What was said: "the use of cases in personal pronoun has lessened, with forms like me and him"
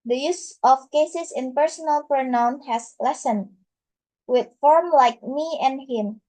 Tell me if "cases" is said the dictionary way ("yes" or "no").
no